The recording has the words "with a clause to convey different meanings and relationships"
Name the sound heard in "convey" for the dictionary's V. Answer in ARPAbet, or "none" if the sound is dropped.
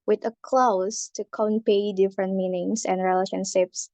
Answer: P